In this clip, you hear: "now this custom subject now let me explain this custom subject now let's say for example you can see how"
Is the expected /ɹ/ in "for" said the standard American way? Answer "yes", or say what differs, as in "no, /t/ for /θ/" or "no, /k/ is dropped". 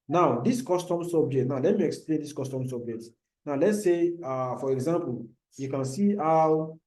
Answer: yes